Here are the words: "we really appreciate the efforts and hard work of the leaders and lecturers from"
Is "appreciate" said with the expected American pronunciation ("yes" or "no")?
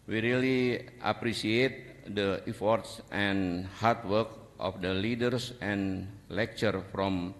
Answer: no